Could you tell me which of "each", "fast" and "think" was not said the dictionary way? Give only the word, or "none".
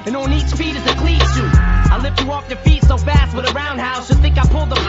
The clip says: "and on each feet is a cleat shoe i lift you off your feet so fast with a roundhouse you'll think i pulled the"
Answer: none